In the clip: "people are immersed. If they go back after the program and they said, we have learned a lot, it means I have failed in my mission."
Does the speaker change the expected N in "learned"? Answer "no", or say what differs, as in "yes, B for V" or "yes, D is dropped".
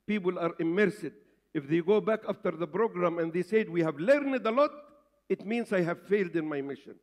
no